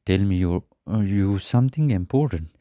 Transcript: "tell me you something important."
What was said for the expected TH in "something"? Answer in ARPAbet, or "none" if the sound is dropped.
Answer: T